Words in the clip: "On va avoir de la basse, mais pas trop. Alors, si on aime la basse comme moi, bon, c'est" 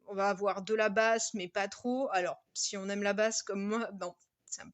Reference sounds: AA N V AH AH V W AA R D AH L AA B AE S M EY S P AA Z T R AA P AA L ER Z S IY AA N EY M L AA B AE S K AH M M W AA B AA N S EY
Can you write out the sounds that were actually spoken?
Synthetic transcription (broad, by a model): AA V AH V W AA R D AH L AA B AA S M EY P AA T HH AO AA L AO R S IY AA N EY M L AA B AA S K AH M M W AA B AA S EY